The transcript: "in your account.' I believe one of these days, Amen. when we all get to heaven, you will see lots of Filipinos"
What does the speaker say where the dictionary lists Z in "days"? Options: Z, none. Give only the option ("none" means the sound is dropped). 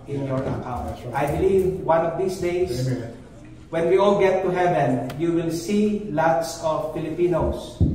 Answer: none